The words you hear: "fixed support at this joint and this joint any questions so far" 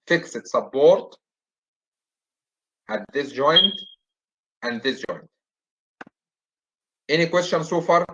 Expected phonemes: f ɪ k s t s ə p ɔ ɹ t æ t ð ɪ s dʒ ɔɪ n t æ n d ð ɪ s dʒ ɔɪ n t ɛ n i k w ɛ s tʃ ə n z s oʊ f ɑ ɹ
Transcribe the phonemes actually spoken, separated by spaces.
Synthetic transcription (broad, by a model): f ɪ k s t s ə b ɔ ɹ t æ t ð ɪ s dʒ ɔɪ n t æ n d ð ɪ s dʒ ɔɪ n t ɛ n i k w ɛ s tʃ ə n s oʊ f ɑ ɹ